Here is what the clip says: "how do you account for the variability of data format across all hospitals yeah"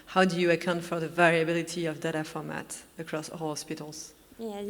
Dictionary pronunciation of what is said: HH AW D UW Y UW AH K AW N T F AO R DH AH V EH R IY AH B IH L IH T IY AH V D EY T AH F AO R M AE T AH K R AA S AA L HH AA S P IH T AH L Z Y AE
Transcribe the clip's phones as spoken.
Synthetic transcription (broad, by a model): HH AW D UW Y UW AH K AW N T F AO R DH AH V EH R IY AH B IH L IH T IY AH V D EY T AH F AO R M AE T AH K R AA S AA L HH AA S P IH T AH L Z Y